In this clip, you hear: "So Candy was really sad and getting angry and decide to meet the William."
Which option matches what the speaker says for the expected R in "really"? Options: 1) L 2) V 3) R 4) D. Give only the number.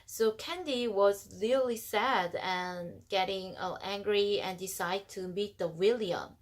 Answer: 1